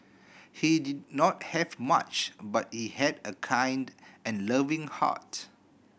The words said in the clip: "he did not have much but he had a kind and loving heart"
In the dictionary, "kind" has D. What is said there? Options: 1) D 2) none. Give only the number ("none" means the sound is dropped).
1